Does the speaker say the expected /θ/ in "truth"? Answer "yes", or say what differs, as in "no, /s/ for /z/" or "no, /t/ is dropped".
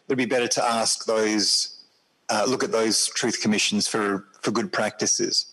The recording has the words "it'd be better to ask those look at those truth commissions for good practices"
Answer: yes